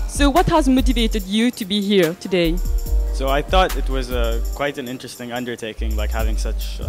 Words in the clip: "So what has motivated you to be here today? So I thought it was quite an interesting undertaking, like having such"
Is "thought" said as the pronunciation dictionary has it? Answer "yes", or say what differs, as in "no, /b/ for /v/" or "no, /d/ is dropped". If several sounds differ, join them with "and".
yes